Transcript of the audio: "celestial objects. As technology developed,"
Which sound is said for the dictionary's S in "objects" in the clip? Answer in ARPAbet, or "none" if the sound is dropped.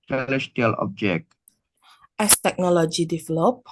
none